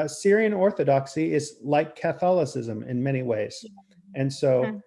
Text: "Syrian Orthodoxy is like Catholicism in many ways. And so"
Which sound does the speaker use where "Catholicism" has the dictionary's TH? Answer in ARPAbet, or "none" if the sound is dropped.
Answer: TH